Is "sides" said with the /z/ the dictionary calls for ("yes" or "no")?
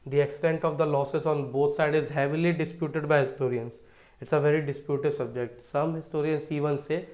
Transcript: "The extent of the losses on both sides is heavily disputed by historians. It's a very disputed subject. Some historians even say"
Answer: no